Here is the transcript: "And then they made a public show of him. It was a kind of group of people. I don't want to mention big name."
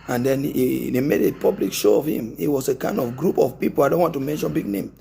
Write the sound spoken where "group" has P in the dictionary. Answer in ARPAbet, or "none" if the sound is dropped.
P